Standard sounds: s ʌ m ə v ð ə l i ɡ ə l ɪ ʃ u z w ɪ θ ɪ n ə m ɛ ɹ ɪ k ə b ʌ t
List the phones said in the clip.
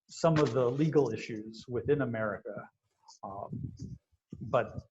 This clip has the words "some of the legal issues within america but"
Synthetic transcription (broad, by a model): s ʌ m ə v ð ə l i ɡ l ɪ ʃ u z w ɪ θ ɪ n ə m ɛ ɹ ɪ k ə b ʌ t